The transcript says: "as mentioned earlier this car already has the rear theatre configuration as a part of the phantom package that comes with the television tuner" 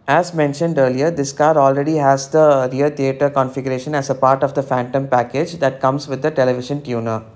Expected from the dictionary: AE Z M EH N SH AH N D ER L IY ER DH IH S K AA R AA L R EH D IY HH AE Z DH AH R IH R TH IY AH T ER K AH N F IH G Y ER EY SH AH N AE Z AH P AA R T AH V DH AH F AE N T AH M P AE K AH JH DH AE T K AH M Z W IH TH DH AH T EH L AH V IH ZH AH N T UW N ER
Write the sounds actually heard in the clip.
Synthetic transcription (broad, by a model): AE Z M EH N SH AH N D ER L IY ER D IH S K AA R AA L R EH D IY HH AE Z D AH R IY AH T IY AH T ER K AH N F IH G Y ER EY SH AH N AE Z AH P AA R T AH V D AH F AE N T AH M P AE K AH JH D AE T K AH M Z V IH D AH T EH L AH V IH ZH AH N T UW N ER